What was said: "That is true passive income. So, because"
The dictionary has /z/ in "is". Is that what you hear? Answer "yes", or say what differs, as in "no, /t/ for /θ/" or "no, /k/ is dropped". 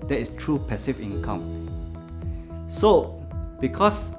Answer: no, /s/ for /z/